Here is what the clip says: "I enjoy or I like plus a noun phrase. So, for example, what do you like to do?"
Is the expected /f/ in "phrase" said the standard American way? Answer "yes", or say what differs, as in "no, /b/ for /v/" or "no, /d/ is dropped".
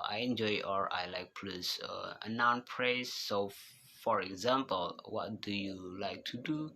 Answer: no, /p/ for /f/